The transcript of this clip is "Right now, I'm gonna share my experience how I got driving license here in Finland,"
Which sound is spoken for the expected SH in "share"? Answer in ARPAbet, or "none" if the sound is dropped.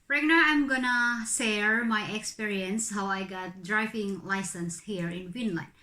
S